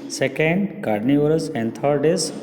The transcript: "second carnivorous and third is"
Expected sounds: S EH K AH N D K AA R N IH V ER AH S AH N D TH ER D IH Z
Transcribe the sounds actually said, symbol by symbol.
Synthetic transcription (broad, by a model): S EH K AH N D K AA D N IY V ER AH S AH N D T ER D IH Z